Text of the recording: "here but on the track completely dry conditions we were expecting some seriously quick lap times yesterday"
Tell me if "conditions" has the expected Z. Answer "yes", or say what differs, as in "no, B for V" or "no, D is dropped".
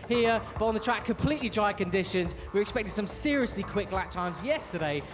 yes